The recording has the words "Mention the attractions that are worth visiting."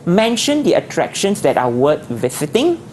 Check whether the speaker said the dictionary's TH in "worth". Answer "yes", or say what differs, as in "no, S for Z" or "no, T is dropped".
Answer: no, T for TH